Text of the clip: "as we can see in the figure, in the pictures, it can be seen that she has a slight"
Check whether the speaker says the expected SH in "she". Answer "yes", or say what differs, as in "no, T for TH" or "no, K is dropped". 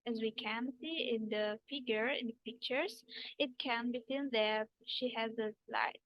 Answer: yes